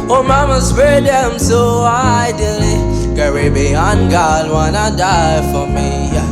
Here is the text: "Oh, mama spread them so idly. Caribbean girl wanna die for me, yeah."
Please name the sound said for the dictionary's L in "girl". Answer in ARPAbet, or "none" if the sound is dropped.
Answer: N